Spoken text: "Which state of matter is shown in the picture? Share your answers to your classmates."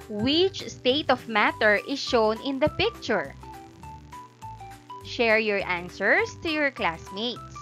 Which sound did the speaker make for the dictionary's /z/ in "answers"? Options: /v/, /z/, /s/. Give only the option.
/s/